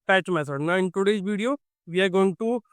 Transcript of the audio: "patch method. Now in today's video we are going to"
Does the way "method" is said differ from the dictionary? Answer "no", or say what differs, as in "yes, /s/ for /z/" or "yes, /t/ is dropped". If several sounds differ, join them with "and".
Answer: yes, /s/ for /θ/